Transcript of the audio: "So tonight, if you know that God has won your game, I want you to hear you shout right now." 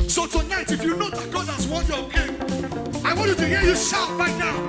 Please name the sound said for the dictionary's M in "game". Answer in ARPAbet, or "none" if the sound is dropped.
none